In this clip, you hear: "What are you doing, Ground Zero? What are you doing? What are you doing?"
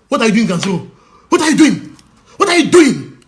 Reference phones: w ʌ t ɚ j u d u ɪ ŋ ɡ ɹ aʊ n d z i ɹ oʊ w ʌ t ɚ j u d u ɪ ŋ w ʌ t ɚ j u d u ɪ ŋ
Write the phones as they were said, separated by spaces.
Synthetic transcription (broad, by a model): w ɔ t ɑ j u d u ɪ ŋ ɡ aʊ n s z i oʊ w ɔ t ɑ j u d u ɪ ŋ w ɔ t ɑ j u d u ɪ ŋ